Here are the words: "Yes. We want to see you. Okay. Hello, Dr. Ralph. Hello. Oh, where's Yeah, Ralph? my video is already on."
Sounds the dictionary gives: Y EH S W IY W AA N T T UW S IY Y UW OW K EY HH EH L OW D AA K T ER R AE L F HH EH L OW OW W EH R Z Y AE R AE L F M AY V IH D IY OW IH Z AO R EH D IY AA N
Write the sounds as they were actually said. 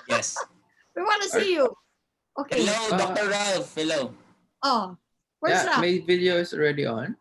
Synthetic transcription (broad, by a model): Y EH S W IY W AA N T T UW S IY Y UW OW K EY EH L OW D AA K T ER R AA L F HH EH L OW OW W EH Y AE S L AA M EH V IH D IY OW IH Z AO R EH D IY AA N